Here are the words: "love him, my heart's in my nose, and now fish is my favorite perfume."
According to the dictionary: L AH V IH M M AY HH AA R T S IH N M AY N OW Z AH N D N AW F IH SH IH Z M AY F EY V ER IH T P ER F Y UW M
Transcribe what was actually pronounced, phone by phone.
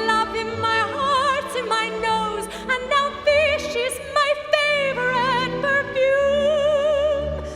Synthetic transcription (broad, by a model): L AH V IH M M AY HH AA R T IH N M AY N OW Z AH N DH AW F IH SH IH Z M AY F EY V ER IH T P ER F Y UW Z